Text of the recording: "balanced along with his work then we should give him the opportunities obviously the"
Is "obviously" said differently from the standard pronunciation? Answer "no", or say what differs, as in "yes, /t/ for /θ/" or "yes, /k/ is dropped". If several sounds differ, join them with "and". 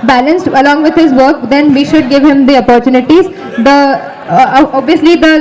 no